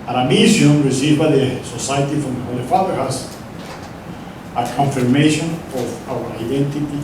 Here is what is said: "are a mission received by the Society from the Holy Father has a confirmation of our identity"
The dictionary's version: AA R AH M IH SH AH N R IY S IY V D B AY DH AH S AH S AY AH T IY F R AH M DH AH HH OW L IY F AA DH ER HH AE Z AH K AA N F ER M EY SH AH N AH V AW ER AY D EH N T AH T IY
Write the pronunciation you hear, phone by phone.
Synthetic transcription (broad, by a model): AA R AH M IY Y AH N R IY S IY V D B AY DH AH S AH S AY AH T IY F R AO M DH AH HH OW L IY F AA DH ER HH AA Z AH K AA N F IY M EY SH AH N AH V AW ER AY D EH N T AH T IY